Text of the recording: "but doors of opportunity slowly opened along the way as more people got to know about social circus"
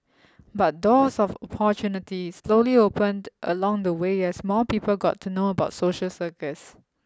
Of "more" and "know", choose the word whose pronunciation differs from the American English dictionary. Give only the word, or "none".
more